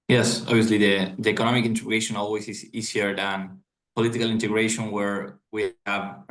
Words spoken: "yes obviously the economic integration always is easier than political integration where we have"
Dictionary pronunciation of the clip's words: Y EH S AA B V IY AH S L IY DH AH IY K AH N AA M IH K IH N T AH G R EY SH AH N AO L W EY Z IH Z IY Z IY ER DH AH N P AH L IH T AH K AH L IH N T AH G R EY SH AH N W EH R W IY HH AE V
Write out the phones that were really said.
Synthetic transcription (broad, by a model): Y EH S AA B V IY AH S L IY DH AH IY K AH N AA M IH K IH N T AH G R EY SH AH N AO L W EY S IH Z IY S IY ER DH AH N P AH L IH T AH K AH L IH N T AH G R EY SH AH N W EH R W IY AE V